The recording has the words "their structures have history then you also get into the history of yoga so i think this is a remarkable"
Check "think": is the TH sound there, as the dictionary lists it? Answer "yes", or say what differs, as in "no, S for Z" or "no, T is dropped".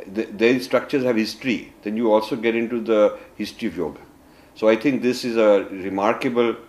no, T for TH